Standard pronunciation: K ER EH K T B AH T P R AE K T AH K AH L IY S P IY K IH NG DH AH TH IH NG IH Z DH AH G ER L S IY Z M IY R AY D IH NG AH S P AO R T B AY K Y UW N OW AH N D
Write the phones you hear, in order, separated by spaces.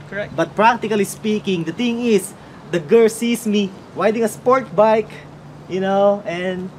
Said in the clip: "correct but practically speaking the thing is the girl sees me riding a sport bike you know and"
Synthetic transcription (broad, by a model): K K B AH T P R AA K T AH K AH L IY S P IY K IH NG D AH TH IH NG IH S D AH G ER L S IY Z M IY W AY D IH NG AH S P AO R T B AY K Y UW N OW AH N D